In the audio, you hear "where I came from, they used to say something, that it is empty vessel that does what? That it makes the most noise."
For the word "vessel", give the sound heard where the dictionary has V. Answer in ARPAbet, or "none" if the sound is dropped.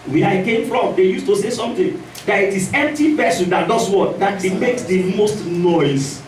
P